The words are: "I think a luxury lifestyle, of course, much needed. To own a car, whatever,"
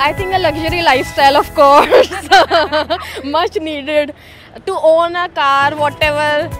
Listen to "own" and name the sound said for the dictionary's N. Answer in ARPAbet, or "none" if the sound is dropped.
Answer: N